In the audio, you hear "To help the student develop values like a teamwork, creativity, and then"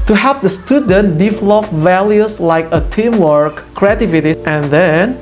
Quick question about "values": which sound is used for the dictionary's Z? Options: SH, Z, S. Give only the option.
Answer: S